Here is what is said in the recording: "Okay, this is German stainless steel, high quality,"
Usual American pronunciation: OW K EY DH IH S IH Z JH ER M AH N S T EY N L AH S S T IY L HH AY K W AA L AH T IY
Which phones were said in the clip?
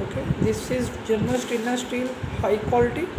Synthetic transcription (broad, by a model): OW K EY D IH S IH Z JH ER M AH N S T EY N AH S S T IY L HH AY K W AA L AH T IY